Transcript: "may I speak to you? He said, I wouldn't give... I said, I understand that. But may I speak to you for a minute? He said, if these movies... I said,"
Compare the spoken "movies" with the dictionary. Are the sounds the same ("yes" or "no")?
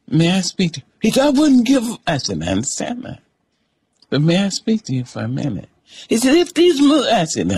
no